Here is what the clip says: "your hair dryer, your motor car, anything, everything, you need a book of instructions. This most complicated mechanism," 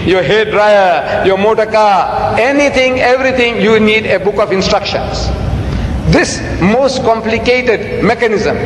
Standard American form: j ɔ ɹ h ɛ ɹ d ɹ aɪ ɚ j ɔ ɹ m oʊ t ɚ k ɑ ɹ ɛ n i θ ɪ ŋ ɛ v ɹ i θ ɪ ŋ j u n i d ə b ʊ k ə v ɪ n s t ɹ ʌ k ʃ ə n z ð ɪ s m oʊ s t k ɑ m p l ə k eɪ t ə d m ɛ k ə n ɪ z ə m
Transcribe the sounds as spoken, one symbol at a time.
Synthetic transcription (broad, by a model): j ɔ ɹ h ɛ d ɹ aɪ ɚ j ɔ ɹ m oʊ t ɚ k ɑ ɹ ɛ n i t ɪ ŋ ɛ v ɹ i t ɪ ŋ j u n i d ə b ʊ k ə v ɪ n s t ɹ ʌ k ʃ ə n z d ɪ s m oʊ s t k ɑ m p l ə k eɪ t ə d m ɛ k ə n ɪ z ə m